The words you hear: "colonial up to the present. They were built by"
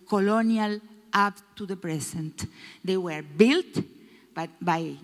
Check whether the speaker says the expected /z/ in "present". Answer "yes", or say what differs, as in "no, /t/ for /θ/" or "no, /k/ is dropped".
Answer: no, /s/ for /z/